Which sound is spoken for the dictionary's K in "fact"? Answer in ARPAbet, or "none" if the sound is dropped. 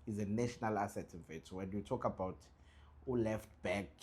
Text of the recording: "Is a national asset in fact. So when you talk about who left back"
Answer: none